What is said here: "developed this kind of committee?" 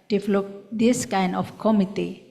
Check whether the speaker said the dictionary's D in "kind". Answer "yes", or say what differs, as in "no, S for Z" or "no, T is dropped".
yes